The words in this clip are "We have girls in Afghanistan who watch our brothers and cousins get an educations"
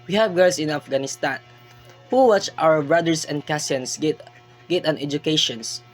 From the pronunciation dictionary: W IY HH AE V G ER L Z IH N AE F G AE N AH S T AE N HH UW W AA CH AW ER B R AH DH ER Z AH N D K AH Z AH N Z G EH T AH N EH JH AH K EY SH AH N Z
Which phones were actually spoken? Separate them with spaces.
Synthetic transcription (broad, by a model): W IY HH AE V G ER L S IH N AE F G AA N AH S T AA N HH UW W AA CH AW ER B R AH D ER S AH N D K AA S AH N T G EH T AH N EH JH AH K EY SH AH N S